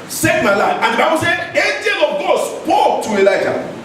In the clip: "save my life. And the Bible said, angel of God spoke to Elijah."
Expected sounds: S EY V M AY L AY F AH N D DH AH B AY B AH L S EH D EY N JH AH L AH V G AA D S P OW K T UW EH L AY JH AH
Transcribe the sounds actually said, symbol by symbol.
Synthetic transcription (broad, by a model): S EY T M AY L AY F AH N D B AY AH S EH EY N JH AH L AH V G AA D S P OW K T UW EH L AY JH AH